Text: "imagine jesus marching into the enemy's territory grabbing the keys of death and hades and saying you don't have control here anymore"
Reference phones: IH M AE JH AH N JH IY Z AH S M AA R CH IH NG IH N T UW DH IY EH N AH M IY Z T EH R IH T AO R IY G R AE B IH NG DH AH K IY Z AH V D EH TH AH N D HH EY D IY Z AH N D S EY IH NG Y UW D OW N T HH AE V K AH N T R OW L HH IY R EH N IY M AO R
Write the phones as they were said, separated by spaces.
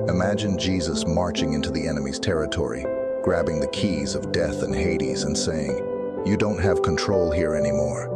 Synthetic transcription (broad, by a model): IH M AE JH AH N JH IY Z AH S M AA R CH IH NG IH N T UW DH IY EH N AH M IY Z T EH R IH T AO R IY G R AE B IH NG DH AH K IY Z AH V D EH TH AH N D HH EY D IY Z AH N S EY IH NG Y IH D OW N T HH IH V K AH N T R OW L HH IY R EH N IY M AO R